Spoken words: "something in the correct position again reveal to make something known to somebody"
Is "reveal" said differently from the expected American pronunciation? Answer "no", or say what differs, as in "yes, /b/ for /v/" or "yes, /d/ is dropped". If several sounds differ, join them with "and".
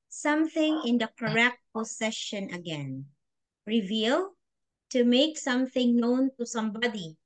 no